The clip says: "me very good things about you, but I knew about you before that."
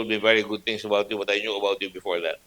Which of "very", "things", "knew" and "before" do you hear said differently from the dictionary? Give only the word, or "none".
things